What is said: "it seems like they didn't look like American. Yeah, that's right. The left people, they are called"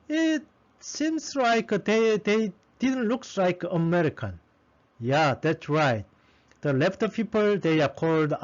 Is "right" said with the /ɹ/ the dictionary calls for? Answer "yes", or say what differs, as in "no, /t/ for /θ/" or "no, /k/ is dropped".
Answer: yes